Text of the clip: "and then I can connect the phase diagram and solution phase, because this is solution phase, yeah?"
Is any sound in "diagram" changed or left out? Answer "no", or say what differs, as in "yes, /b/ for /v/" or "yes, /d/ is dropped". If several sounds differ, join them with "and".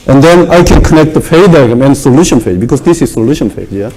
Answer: yes, /ɹ/ is dropped